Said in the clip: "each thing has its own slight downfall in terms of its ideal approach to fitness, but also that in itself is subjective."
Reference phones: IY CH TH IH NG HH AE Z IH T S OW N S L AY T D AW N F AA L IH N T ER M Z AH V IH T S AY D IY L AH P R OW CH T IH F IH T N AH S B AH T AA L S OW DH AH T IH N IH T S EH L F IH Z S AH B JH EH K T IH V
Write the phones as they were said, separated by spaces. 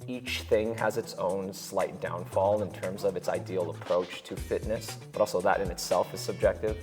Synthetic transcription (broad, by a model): IY CH TH IH NG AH Z IH T S OW N S L AY T D AW N F AA L IH N T ER M Z AH V IH T S AY D IY L AH P R OW CH T IH F IH T N AH S B AH T AA L S OW DH AH T IH N IH T S EH L F IH Z S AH B JH EH K T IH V